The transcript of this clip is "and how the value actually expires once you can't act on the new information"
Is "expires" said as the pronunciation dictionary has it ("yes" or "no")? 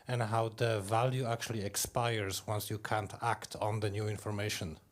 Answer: yes